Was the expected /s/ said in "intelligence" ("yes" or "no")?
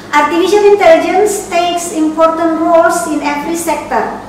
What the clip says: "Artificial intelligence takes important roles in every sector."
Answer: yes